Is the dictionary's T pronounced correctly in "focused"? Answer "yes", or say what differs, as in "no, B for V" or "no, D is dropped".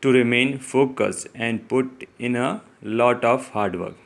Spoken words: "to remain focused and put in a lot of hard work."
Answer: no, T is dropped